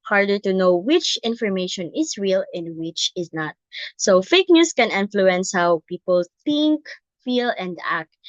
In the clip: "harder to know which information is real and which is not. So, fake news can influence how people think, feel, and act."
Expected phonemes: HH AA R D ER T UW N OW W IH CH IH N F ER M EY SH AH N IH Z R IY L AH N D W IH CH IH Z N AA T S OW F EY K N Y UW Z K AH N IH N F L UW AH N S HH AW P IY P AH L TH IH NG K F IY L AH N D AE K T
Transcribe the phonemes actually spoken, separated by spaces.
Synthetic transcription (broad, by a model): HH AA R D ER T UW N OW W IH CH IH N F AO M EY SH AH N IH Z R IY L AH N D W IH CH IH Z N AA T S OW F EY K N Y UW S K AH N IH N F L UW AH N S HH AW P IY P AH L TH IH NG K F IY L AH N D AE K T